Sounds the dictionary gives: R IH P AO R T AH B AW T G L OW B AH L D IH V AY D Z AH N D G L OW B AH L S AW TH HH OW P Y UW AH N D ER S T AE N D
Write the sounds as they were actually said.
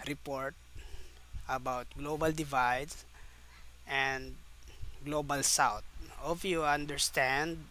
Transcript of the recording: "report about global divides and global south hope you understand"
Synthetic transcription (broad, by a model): R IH P AO R T AH B AW T G L OW B AH L D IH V AY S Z AH N D G L OW B AH L S AW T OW F Y UW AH N D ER S T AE N D